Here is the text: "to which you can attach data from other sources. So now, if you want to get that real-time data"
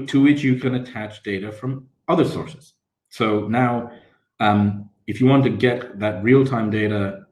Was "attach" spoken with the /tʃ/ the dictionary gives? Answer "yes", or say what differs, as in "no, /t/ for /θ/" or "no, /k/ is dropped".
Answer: yes